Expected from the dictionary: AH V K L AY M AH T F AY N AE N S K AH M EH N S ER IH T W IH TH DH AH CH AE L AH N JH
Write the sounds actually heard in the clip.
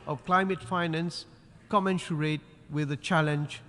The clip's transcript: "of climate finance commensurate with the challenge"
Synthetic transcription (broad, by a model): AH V K L AY M AH T F AY N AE N S K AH M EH N SH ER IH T W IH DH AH CH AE L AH N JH